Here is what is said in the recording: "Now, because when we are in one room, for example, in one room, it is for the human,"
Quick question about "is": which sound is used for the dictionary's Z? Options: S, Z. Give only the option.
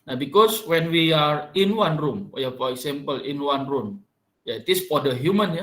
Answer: S